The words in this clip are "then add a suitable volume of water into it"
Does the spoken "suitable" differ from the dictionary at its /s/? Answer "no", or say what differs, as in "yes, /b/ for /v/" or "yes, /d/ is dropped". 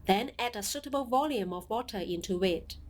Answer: no